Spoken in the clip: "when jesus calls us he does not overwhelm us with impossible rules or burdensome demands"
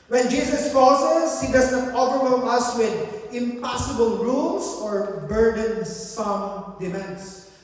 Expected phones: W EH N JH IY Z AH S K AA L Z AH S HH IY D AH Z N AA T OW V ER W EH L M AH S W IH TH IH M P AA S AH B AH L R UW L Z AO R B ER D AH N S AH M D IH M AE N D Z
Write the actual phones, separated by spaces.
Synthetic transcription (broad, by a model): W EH N JH IY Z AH S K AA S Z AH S HH IY D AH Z N AA T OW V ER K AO M AH S W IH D IH M P AA S AH B AH L R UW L S AO R B ER D AH N S AH M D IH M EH N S